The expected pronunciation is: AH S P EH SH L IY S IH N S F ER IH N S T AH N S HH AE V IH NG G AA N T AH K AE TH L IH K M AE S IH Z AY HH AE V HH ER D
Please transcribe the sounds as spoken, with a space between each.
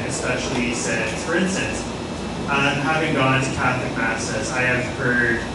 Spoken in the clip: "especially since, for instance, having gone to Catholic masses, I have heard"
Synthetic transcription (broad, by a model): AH S P EH SH L IY S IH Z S F ER IH N S T AH N S HH AE V IH NG G AA N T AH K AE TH L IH K M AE S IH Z AY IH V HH ER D